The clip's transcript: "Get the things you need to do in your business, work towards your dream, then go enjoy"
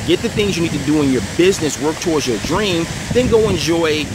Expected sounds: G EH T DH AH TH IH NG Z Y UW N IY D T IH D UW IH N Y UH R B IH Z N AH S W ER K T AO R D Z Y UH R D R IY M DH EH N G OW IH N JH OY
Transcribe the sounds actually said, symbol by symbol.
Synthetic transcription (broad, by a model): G EH T DH AH TH IH NG Z Y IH N IY D T IH D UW IH N Y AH R B IH Z N AH S W ER K T AO R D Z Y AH R D R IY M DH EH N G OW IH N JH OY